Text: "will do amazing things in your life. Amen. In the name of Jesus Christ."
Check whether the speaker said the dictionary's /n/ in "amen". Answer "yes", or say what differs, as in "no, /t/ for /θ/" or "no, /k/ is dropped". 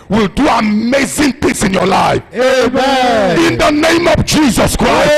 no, /n/ is dropped